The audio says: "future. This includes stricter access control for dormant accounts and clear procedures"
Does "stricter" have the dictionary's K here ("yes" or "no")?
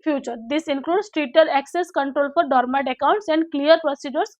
no